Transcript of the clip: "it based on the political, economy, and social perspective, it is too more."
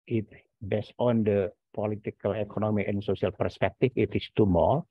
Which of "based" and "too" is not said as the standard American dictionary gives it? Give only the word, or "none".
based